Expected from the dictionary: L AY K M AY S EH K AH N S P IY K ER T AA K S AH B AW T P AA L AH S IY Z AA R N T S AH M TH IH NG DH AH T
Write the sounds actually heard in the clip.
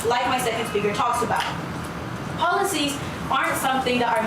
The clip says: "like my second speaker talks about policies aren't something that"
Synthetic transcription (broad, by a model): L AY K M AY S EH K AH N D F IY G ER T AA K S AH B AW T P AA L AH S IY Z AA R N T S AH M TH IH NG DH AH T